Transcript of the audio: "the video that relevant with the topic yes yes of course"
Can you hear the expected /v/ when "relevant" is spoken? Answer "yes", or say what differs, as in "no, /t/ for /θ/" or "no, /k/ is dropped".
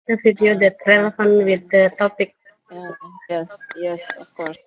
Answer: no, /f/ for /v/